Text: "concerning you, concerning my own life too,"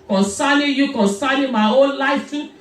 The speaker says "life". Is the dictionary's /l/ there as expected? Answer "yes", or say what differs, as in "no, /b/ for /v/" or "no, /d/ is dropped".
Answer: yes